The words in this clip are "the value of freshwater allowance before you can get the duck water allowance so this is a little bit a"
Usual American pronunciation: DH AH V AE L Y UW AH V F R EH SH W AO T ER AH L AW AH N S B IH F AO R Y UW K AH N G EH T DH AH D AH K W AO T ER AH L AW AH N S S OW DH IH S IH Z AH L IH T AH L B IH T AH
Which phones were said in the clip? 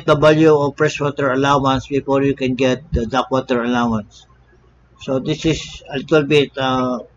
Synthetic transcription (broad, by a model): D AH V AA L Y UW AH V P R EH S W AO T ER AH L AW AH N S B IH F AO R Y UW K AH N G EH T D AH D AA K W AO T ER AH L AW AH N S S OW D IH S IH S AH L IH T AH L B IH T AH